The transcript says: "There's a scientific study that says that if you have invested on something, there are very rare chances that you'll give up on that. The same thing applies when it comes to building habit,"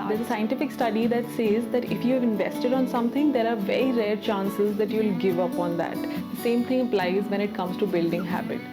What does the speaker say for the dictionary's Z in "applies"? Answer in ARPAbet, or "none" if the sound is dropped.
Z